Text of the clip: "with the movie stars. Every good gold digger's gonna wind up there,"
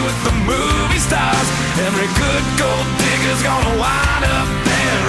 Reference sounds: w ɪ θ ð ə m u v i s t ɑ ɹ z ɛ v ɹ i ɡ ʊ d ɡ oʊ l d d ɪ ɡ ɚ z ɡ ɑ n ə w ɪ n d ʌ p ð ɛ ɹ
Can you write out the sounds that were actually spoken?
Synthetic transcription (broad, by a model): w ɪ ð ə m u v i s t ɑ ɹ z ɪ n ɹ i ɡ ʊ d ɡ oʊ l d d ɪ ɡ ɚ z ɡ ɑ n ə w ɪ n ʌ p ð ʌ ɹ